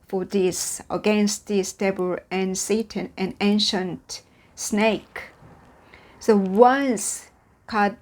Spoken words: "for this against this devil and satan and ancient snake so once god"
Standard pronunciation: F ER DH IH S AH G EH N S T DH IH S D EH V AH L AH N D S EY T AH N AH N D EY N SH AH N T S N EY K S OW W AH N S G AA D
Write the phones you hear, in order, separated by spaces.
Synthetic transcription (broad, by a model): F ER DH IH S AH G EH N S T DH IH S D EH B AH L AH N S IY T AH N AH N EY N SH AH N T S N EY K S OW W AH N S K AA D